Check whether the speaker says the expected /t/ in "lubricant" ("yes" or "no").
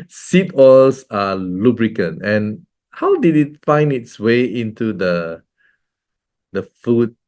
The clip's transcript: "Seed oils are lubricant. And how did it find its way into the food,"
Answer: no